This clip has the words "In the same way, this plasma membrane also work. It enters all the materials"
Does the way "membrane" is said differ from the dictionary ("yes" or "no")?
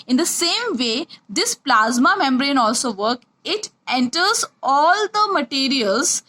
no